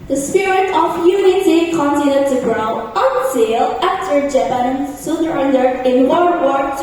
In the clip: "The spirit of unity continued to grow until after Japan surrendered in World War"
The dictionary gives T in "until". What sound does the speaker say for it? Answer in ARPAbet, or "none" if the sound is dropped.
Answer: S